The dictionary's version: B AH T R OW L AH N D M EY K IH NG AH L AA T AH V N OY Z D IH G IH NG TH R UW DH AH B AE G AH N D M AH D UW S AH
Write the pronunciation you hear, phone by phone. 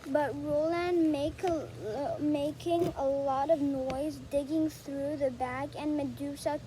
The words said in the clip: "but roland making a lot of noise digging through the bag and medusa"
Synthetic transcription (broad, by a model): B AH T R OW L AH N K M EY K IH NG AH L AA T AH V N OY Z D IH G IH NG TH R UW DH AH B AE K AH N M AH D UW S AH